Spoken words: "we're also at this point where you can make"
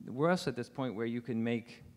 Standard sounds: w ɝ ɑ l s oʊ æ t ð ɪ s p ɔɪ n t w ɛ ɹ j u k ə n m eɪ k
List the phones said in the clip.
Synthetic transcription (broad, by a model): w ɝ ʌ s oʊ t ð ɪ s p ɔɪ n t w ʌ ɹ j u k ə n m eɪ k